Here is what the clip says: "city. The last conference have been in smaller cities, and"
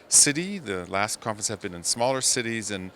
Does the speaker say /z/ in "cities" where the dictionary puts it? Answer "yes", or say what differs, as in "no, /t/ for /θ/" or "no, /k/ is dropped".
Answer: yes